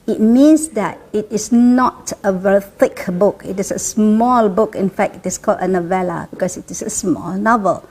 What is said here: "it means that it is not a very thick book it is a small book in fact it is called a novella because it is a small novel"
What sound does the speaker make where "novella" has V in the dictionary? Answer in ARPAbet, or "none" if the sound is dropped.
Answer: V